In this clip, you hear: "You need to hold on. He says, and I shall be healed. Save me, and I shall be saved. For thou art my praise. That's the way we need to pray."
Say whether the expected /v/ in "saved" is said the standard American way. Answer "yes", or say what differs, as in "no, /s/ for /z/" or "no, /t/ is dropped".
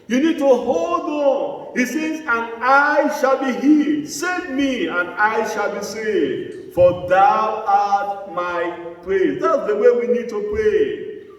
no, /v/ is dropped